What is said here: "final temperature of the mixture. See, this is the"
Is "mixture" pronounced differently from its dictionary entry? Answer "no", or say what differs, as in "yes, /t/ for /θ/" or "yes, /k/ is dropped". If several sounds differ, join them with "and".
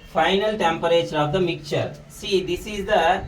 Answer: yes, /s/ is dropped